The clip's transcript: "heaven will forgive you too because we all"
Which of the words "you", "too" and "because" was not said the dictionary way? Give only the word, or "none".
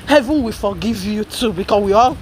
because